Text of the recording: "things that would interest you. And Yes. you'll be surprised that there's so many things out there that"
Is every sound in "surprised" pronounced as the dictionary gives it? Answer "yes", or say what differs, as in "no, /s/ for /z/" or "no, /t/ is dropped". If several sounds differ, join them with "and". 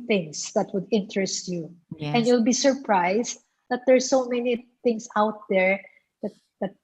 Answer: no, /s/ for /z/